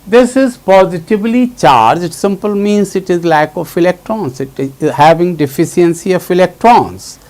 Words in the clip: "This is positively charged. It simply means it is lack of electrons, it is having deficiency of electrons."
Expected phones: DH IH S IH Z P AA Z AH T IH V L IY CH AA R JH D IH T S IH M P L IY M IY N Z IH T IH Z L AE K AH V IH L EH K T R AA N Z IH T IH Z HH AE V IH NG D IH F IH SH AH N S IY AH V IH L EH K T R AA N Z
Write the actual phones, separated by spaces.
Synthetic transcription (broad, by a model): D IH S IH Z P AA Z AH T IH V L IY CH AA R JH IH T S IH M P L M IY N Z IH T IH Z L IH K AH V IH L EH K T R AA N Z IH T IH Z HH AE V IH NG D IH F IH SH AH N S IY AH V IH L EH K T R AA N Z